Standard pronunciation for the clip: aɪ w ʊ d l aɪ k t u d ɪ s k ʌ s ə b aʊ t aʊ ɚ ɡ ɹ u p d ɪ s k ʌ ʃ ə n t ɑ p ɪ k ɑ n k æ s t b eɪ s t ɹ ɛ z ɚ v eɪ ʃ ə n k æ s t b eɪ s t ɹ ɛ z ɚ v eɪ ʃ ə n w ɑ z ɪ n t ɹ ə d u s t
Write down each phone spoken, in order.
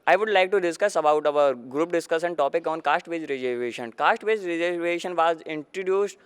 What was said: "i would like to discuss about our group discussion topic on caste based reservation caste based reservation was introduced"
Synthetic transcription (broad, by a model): aɪ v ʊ d l aɪ k t u d ɪ s k ʌ s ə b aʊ t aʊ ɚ ɡ ɹ u p d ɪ s k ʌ s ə n t ɑ p ɪ k ɑ n k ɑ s t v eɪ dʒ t ɹ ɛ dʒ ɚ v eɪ ʃ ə n k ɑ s t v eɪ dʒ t ɹ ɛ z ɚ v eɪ ʃ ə n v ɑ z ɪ n t ɹ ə d u s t